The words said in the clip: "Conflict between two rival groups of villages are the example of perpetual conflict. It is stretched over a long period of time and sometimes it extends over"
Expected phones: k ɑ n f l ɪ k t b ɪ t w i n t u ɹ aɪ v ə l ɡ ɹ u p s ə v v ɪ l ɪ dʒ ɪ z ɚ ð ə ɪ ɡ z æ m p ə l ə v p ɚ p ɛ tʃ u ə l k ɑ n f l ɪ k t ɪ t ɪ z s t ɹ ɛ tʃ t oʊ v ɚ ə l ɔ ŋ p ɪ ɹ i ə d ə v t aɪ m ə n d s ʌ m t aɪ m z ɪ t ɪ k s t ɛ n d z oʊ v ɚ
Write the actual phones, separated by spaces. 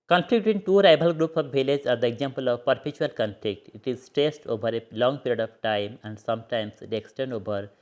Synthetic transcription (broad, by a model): k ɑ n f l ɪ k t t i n t u ɹ aɪ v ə l ɡ ɹ u p s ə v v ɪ l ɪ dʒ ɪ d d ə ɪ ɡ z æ m p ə l ə v p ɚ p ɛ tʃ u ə l k ɑ n f l ɪ k t ɪ t ɪ z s t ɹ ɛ s t oʊ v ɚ ə l ɔ ŋ p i ɹ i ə d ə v t aɪ m ə n d s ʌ m t aɪ m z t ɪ k s t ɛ n d oʊ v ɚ